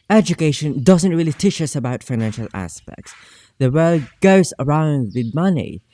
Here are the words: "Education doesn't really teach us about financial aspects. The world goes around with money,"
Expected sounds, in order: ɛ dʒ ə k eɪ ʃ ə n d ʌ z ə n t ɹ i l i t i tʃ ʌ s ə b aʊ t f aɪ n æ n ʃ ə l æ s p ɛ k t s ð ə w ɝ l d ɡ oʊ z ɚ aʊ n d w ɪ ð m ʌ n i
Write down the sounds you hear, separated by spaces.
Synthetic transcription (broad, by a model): ɛ dʒ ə k eɪ ʃ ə n d ʌ z ə n t ɹ i l i t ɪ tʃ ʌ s ə b aʊ t f aɪ n æ n ʃ ə l æ s p ɛ k t s ð ə w ɝ l d ɡ oʊ z ɚ aʊ n d w ɪ ð m ʌ n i